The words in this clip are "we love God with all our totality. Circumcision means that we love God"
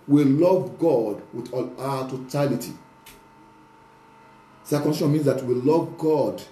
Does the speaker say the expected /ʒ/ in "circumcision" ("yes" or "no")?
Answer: no